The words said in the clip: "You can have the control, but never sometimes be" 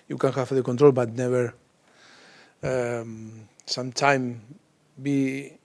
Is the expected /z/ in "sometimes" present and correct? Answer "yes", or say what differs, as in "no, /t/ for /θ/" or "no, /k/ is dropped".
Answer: no, /z/ is dropped